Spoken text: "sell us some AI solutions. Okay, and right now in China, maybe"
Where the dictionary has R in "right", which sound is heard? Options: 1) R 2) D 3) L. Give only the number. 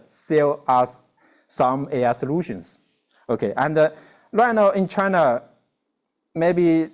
3